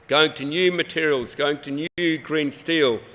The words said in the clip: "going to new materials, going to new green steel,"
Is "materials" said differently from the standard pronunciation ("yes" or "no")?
no